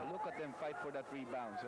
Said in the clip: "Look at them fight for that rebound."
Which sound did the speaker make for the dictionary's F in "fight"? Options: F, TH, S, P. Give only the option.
F